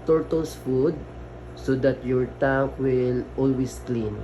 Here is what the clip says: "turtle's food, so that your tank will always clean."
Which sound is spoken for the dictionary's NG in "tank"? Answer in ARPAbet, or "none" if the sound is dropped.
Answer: none